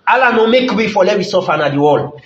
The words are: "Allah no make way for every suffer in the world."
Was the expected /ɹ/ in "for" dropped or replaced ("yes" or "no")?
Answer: yes